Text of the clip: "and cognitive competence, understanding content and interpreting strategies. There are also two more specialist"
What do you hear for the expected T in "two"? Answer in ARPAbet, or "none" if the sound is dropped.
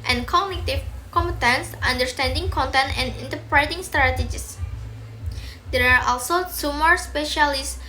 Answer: S